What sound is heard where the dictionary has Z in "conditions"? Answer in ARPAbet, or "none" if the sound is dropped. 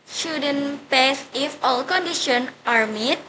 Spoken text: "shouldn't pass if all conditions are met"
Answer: none